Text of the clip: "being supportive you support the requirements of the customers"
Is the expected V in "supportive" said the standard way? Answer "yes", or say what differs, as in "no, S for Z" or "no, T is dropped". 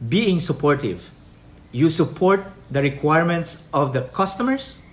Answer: yes